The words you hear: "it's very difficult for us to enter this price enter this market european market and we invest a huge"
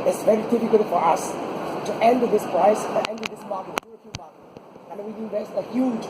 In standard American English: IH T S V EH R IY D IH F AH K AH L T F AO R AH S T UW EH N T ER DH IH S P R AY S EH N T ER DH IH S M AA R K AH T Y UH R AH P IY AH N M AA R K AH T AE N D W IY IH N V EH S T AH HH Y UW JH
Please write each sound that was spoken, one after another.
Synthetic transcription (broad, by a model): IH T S V EH R IY D IH F AH K AH L T F AO R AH S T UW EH N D DH IH S P R AY S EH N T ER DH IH S M AA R K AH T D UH AH F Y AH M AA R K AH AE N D W IY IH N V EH S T AH HH Y UW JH